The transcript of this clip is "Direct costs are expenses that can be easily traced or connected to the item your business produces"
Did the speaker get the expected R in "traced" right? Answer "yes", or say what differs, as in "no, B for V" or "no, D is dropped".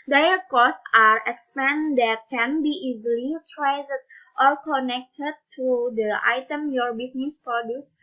no, L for R